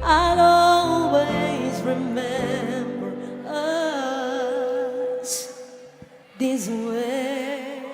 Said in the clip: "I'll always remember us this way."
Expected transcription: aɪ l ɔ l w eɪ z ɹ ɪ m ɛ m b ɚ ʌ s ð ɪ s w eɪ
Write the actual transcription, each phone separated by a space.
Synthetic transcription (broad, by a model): aɪ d ɔ l w eɪ z ɹ ɪ m ɛ m b ɚ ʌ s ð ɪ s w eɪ